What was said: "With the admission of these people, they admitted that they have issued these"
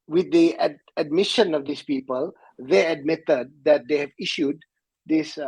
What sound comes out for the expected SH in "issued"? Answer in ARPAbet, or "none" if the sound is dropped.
SH